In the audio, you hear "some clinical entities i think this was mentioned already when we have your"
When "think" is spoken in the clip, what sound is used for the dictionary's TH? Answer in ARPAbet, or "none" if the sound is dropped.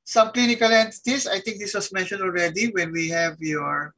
T